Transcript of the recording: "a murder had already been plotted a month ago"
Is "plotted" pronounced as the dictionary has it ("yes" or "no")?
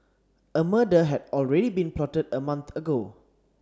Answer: yes